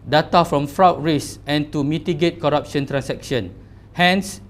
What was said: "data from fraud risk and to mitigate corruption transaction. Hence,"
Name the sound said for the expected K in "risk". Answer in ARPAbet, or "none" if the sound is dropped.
none